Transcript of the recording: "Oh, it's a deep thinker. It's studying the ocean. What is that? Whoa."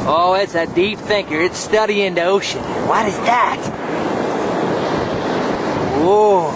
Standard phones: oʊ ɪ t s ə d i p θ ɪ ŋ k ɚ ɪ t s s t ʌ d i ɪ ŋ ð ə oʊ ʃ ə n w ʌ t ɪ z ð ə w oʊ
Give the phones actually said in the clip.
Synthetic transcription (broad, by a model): oʊ ɪ t s ə d i p θ ɪ ŋ k ɚ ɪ t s s t ʌ d i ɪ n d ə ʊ ʃ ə n w ʌ t ɪ z ð ə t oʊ